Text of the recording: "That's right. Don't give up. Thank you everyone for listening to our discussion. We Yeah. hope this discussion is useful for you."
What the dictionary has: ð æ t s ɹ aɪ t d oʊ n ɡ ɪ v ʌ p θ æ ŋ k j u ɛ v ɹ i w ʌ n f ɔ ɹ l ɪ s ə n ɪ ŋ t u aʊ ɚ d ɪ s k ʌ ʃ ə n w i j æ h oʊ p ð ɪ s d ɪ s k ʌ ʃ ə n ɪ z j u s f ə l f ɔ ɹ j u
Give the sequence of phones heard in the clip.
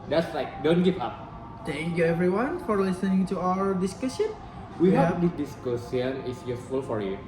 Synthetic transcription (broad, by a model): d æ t s l aɪ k d oʊ n ɡ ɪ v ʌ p t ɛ ŋ k j u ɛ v ɹ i w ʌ n f ɔ ɹ l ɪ s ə n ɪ ŋ t u aʊ ɚ d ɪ s k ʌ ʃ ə n w i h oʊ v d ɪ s d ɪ s k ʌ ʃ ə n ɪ s j u s f ə l f ɔ ɹ j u